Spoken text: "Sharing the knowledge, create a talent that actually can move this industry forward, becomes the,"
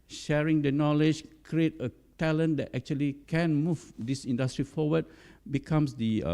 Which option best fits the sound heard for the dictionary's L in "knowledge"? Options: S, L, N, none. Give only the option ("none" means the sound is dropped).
L